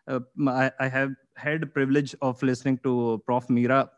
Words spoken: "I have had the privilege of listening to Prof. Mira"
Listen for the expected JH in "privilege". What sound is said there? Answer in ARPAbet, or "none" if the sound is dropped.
JH